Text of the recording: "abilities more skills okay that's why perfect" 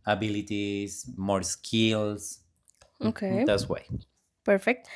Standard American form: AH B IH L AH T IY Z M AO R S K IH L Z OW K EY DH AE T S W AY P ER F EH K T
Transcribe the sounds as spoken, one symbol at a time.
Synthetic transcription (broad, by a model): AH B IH L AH T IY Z M AO R S K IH L S OW K EY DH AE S W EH P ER F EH K T